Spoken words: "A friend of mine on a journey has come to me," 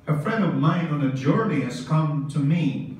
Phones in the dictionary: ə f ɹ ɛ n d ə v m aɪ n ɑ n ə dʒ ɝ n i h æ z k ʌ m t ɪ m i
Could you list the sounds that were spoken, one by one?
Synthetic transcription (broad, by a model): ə f ɹ ɛ n d ə v m aɪ n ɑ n ə dʒ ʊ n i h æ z k ʌ m t ɪ m i